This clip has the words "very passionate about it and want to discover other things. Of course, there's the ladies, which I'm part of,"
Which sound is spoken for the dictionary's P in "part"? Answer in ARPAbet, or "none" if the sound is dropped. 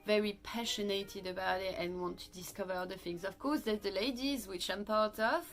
P